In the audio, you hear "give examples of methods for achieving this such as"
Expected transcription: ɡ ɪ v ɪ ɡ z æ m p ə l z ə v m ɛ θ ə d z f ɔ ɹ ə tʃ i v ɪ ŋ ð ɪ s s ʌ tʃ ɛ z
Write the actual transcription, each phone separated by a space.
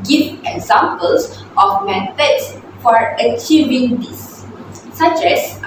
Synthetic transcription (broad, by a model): ɡ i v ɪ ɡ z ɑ m p ə l s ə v m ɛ t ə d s f ɔ ɹ ə tʃ i v ɪ ŋ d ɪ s s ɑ tʃ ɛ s